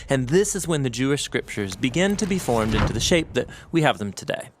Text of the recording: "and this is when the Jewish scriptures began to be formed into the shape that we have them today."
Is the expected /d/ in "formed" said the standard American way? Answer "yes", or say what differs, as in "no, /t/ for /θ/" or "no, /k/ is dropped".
yes